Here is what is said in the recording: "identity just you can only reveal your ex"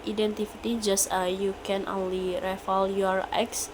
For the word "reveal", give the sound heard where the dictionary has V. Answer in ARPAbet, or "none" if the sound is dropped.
F